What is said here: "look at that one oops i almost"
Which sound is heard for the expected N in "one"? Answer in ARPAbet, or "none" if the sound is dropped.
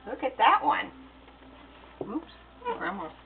N